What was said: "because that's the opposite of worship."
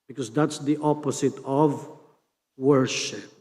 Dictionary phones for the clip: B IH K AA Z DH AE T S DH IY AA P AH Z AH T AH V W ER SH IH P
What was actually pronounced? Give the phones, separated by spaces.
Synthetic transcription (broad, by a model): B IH K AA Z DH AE T S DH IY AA P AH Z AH T AH V W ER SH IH P